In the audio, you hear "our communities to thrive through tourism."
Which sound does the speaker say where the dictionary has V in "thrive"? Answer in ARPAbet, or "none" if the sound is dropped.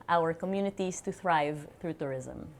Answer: V